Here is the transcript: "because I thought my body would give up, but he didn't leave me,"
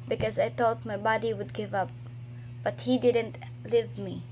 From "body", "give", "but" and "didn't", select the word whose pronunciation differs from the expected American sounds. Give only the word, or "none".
none